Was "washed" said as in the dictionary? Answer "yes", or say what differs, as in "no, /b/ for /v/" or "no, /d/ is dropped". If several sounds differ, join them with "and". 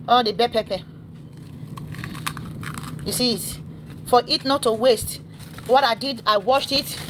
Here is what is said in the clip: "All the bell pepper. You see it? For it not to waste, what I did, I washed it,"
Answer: yes